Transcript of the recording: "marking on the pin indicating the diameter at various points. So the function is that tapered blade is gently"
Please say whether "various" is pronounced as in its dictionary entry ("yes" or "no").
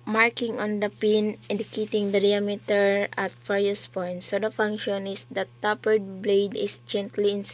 no